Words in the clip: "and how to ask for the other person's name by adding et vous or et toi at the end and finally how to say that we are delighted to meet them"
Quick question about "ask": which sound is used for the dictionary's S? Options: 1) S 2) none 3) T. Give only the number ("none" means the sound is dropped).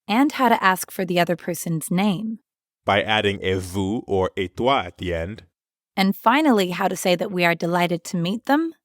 1